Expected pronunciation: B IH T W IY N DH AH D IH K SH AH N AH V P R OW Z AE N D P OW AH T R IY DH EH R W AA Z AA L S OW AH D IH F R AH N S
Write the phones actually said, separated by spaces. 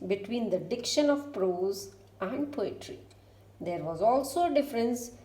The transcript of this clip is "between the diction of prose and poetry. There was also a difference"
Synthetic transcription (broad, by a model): B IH T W IY N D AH D IH K SH AH N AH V P R OW Z AE N D P OW AH T R IY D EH R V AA Z AA L S OW AH D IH F R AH N S